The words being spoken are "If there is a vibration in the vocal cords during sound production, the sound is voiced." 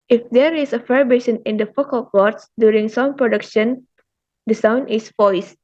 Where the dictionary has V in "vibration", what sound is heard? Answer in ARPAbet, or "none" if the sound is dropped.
F